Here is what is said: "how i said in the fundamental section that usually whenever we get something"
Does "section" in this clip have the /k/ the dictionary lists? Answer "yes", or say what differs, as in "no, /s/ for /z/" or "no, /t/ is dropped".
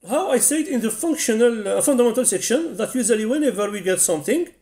yes